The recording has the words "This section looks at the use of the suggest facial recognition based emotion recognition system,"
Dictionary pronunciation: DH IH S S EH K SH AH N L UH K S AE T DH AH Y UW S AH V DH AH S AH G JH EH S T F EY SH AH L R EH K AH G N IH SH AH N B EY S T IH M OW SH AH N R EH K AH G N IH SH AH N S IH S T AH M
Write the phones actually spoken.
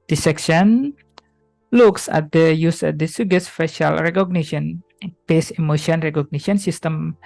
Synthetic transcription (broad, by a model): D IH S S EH K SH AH N L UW K S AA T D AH Y UW S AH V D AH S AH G EH S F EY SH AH L R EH K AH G N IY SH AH N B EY S IH M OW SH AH N R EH K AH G N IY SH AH N S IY S T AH M